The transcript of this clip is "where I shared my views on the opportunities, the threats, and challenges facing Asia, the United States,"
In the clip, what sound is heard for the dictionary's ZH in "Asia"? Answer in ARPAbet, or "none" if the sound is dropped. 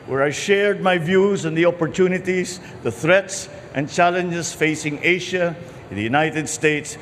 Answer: SH